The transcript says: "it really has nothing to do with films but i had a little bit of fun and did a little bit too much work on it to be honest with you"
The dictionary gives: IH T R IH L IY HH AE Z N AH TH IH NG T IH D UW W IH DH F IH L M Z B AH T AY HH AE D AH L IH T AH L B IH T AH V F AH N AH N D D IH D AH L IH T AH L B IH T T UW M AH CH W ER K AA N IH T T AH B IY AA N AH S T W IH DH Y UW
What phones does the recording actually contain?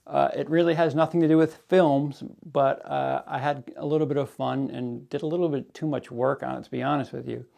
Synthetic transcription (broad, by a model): IH T R IH L IY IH Z N AH TH IH NG T IH D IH W IH DH F IH L M Z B AH T AY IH D AH L IH T L B IH T AH V F AH N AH N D D IH D AH L IH T L B IH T T UW M AH CH W ER K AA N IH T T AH B IY AA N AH S T W IH DH Y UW